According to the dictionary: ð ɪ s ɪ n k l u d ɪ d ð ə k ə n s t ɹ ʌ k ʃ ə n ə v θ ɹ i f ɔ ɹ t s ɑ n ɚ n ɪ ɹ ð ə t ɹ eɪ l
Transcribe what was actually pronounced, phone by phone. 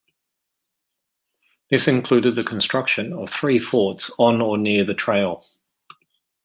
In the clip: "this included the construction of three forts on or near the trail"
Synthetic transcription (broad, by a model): ð ɪ s ɪ n k l u d ɪ d ð ə k ə n s t ɹ ʌ k ʃ ə n ə v θ ɹ i f ɔ t s n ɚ n ɪ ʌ ð ə t ɹ eɪ l